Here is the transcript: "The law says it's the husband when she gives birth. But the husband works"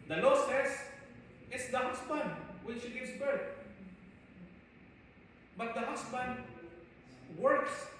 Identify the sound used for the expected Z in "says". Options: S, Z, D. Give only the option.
S